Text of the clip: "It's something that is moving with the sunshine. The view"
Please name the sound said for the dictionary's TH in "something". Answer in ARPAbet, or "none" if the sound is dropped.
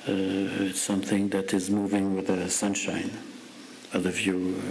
TH